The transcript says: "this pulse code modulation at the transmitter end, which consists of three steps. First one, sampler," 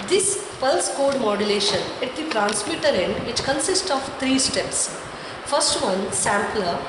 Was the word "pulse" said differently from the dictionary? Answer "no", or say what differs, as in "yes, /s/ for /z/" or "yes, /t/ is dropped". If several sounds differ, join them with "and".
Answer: no